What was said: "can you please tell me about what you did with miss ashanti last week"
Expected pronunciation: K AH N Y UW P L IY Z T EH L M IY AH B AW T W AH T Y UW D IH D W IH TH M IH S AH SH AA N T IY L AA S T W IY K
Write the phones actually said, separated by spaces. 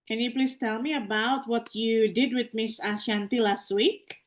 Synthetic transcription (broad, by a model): K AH N Y UW P L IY S T EH L M IY AH B AW T W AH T Y UW D IH D W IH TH M IH S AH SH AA N T IY L AA S T W IY K